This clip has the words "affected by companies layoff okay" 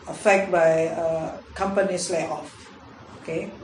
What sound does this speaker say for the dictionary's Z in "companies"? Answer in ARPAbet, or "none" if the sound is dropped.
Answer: S